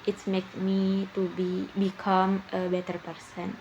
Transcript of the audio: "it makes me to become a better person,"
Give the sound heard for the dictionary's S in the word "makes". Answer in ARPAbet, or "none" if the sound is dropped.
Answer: none